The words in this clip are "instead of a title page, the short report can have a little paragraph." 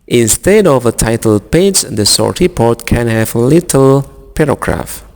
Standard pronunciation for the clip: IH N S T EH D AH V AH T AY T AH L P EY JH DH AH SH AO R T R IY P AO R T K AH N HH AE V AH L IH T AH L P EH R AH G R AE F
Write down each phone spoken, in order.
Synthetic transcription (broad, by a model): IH N S T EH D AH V AH T AY T AH L P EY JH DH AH S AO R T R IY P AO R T K AH N HH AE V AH L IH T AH L P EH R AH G R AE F